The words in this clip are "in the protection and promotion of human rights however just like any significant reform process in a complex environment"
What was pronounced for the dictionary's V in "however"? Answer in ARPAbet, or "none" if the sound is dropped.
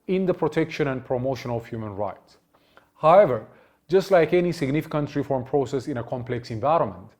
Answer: V